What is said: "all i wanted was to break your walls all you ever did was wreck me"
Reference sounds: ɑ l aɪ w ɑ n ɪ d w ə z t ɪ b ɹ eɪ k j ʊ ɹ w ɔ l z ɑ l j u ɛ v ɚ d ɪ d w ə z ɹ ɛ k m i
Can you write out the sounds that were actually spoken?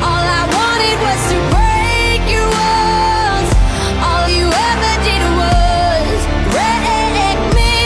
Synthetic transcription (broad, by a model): ɑ l aɪ w ɑ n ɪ d w ə z t ɪ b ɹ eɪ k j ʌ ɹ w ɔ z ɑ l j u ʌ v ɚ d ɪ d w ə z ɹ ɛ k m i